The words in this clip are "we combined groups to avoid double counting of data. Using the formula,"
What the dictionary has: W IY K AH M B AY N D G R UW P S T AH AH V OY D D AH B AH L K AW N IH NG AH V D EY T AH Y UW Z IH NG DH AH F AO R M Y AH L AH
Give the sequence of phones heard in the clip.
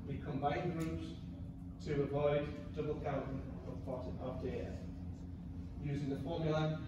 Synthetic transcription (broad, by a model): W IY K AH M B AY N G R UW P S T AH AH V OY D D AH B AH L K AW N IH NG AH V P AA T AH Y UW Z IH NG DH AH F AO M Y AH L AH